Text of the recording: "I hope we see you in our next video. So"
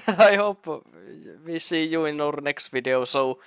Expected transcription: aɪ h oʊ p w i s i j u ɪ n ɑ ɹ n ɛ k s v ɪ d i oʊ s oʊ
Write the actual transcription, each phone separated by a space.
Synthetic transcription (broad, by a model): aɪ h oʊ p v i s i j u ɪ n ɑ ɹ n ɛ k s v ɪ d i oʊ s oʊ